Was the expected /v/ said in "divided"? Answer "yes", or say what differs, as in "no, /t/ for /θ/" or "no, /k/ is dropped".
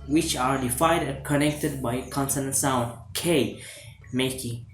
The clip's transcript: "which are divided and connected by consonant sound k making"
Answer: no, /f/ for /v/